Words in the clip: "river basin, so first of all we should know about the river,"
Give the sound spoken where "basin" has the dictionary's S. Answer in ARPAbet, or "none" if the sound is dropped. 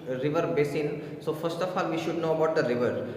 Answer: S